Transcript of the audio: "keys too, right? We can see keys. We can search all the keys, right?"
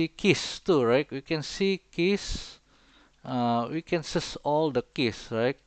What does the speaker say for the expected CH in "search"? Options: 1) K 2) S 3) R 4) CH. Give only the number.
2